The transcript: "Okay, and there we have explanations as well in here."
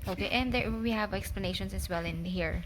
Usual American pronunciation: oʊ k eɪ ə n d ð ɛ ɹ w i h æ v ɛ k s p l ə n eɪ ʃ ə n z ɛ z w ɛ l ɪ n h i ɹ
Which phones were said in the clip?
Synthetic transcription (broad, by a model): oʊ k eɪ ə n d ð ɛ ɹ w i h æ v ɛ k s p l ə n eɪ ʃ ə n s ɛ s w ɛ l ɪ n h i ɹ